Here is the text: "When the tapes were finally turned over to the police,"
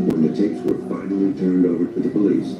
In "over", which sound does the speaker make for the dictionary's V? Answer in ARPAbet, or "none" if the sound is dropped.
V